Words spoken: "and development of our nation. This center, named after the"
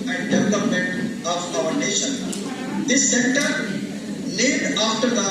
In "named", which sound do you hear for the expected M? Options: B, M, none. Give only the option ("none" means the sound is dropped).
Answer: none